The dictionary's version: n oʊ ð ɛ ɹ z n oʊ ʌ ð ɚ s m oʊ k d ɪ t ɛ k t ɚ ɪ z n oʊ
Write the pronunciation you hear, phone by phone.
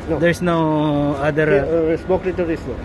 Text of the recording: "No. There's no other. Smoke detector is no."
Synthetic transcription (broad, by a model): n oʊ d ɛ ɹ s n oʊ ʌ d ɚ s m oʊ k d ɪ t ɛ t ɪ s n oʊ